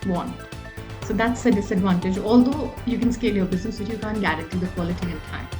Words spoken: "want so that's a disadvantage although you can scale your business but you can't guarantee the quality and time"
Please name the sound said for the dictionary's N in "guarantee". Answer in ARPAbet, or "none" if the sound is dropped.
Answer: none